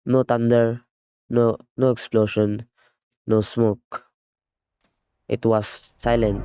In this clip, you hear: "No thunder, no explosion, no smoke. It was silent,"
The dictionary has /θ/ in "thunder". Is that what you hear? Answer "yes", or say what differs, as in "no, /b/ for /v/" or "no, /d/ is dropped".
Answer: no, /t/ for /θ/